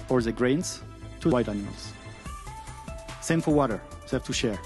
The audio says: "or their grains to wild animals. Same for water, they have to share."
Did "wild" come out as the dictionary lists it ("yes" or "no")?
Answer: no